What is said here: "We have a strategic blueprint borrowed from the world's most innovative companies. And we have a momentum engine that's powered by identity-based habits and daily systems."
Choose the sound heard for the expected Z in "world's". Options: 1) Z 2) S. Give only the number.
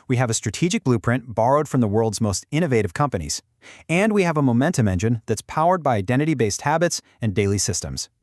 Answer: 1